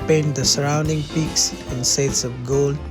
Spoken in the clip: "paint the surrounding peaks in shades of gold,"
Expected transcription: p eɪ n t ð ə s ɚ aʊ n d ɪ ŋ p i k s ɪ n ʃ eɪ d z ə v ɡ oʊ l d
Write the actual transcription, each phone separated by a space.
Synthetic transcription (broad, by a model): p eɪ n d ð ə s ɚ aʊ n d ɪ ŋ p i k s ɪ n s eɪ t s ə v ɡ oʊ l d